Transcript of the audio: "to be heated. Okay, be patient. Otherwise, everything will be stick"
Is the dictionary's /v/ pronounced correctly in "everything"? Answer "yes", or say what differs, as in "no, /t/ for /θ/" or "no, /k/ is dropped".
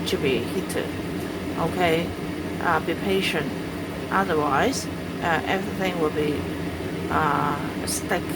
yes